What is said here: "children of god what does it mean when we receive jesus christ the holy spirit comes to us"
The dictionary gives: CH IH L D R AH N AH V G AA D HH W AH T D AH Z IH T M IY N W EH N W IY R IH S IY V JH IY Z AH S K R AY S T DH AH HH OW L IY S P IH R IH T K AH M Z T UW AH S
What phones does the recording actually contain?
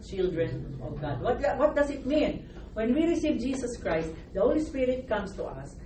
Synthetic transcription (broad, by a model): CH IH L D R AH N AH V G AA D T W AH T D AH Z IH T M IY N W EH N W IY R IH S IY V JH IY S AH S K R AY S T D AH HH OW L IY S P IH R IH T K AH M S T UW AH S